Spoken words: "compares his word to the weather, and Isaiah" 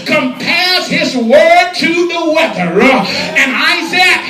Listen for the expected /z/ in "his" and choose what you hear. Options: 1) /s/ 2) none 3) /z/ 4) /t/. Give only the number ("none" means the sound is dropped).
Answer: 3